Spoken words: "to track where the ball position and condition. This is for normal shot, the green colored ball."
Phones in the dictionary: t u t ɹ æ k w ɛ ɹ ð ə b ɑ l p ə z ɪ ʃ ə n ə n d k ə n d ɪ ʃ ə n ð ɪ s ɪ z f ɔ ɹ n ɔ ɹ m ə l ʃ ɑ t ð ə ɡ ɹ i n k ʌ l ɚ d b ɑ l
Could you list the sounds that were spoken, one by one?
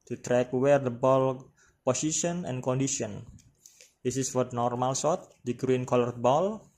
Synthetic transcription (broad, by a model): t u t ɹ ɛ k w ɛ ɹ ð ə b ɑ l p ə s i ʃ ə n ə n k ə n d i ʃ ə n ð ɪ s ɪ s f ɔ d n ɔ ɹ m ə l s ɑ t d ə ɡ ɹ i n k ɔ l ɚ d b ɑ l